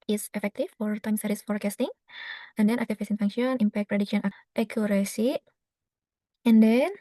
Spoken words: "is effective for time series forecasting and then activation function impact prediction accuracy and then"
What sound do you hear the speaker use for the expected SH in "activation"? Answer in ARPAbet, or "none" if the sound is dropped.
S